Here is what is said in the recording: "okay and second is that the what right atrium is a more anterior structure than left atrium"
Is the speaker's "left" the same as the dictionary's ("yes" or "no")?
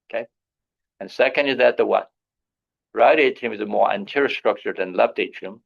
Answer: no